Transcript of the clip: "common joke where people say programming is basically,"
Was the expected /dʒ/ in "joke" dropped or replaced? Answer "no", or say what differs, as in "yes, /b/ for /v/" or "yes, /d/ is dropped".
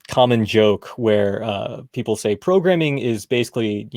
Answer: no